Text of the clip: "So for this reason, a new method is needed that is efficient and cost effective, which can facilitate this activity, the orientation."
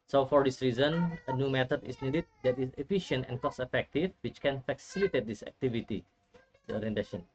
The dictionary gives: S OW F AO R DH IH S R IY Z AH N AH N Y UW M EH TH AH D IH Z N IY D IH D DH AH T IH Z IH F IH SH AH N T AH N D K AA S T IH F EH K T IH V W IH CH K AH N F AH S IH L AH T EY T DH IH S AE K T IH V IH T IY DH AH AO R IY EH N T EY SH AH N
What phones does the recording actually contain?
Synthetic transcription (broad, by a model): S OW F AO R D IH S R IY Z AH N AH N Y UW M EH T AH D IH S N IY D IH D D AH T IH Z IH F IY SH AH N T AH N K AA S IH F EH K T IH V W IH CH K AH N F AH S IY L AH T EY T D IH S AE K T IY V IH T IY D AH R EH N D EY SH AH N